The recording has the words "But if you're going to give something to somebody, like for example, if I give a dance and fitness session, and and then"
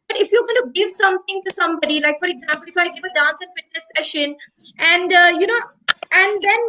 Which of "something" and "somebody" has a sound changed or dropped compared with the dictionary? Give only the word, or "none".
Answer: something